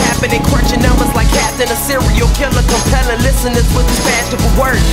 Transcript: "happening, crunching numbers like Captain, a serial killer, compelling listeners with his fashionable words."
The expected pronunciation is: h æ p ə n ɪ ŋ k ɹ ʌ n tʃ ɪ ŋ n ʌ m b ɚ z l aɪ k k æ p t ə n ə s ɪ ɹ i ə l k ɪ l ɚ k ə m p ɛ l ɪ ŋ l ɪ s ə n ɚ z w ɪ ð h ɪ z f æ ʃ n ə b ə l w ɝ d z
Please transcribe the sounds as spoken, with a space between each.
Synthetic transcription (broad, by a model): h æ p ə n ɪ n k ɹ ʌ tʃ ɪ n ʌ m b ɚ z l aɪ k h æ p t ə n ə s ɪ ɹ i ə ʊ k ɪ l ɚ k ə p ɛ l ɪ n l ɪ s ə n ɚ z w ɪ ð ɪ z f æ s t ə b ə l w ɝ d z